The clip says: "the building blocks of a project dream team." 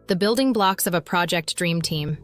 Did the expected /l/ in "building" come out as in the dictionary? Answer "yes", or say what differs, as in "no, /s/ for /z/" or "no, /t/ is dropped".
yes